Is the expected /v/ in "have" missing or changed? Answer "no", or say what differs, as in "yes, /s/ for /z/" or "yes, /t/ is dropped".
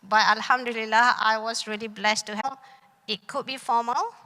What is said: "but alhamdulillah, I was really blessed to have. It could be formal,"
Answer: yes, /p/ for /v/